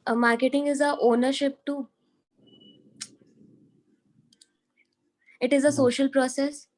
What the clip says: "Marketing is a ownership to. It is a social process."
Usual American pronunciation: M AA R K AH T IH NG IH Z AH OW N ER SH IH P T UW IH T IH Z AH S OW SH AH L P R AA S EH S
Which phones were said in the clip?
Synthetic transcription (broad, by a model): M AA R K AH T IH NG IH Z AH OW N ER SH IH P T UW IH T IH Z AH S OW SH AH L P R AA S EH S